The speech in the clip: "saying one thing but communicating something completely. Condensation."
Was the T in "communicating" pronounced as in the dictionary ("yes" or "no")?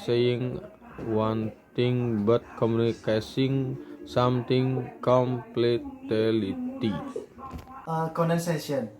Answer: no